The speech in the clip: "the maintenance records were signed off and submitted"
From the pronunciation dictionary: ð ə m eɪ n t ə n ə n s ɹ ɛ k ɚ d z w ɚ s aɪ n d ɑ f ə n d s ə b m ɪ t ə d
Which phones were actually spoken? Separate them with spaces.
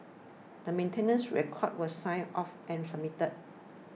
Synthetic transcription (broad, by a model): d ə m eɪ n t ə n ə n s ɹ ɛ k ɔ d w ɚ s aɪ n ɑ f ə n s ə m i t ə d